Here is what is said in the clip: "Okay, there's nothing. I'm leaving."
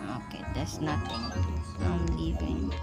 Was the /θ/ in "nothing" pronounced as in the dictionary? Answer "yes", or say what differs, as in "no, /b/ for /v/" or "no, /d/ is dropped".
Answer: no, /t/ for /θ/